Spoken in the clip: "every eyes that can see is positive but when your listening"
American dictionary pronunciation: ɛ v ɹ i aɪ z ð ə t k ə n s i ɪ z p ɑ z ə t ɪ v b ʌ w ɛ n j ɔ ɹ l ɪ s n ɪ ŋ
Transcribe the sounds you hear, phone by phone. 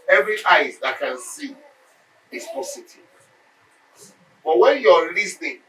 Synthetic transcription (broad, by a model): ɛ v ɹ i aɪ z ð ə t k ə n s i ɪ s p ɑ s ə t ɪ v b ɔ w ɛ n j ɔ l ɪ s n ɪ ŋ